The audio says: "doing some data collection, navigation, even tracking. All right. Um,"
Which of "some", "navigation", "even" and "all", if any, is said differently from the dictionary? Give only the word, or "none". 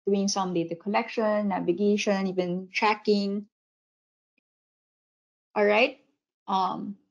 none